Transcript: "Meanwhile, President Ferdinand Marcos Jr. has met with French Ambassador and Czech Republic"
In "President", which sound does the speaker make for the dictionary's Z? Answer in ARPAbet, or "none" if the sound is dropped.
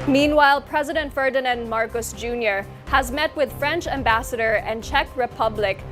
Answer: Z